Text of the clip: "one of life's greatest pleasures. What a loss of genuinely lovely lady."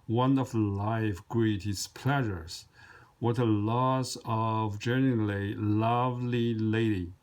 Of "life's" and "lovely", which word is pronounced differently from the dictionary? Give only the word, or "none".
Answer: life's